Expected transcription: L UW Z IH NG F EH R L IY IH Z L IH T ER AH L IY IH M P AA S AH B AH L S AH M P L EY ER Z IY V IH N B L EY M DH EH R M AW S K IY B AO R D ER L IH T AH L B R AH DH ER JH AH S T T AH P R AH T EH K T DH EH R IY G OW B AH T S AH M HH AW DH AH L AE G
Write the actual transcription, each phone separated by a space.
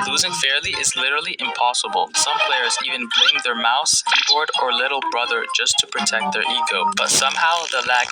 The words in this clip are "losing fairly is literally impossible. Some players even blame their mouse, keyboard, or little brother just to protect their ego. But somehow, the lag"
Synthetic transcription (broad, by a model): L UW Z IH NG F EH R L IY IH Z L IH T ER L IY IH M P AA S AH B AH L S AH M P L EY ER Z IY V IH N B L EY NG DH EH R M AW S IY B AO R D ER L IH T L B R AH DH ER JH AH S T T AH P R AH T EH K T DH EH R IY G OW B AH T S AH M HH AW DH AH L AE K